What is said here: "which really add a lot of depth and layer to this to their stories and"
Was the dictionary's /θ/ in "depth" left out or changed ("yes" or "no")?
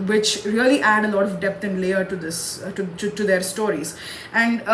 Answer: yes